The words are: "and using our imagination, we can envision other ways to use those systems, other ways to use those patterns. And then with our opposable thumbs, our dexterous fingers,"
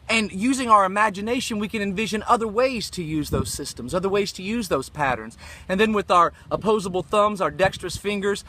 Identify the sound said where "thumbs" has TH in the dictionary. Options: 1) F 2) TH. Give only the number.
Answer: 2